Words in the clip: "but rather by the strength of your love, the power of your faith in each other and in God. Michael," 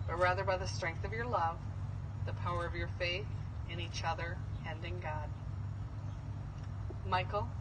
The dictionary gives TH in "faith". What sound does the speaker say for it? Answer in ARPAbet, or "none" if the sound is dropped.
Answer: TH